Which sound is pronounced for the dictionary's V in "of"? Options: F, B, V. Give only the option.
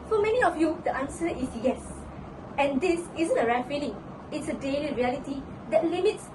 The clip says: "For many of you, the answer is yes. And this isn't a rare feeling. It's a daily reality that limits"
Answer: F